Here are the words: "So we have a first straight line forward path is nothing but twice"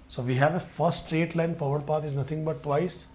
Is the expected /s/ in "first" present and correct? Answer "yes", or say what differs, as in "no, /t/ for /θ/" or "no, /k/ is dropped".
no, /s/ is dropped